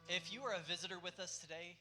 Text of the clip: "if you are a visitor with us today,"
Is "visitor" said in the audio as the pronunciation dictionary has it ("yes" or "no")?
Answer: yes